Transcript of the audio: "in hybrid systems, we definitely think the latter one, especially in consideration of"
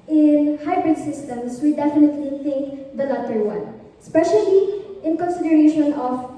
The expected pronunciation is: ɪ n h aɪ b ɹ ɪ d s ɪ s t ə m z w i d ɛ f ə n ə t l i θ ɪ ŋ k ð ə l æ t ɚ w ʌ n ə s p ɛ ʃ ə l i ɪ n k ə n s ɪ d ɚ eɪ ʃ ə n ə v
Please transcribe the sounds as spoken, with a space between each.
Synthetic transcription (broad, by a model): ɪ n h aɪ b ɹ ɪ d s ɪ s t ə m s w i d ɛ f ə n ə t l i θ ɪ ŋ k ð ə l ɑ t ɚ w ʌ n s p ɛ ʃ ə l i ɪ n k ə n s ɪ d ɚ eɪ ʃ ə n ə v